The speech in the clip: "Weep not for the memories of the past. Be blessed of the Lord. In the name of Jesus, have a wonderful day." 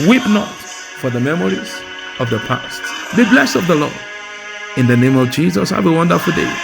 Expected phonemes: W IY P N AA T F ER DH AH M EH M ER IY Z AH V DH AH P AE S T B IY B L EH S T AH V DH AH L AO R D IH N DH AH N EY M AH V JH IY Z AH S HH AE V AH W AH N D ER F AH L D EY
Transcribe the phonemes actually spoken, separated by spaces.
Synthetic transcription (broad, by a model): W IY P N AA T F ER DH AH M EH M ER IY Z AH V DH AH P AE S T B IY B L EH S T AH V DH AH L AO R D IH N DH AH N EY M AH V JH IY Z AH S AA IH W AH W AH N D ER F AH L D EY